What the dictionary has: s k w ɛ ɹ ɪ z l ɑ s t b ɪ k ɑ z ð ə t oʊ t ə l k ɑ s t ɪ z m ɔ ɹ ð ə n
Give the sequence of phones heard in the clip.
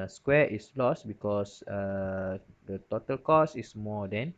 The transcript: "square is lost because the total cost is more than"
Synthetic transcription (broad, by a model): s k w ɛ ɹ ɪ s l ɑ s b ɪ k ɑ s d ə t oʊ t ə l k ɑ s ɪ s m ɔ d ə n